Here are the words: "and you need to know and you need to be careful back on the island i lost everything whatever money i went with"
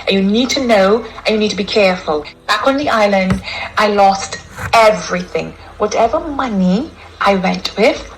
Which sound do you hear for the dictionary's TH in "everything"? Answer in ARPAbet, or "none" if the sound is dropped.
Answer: TH